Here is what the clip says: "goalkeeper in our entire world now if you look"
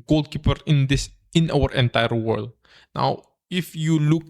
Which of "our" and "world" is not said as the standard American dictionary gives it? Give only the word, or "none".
none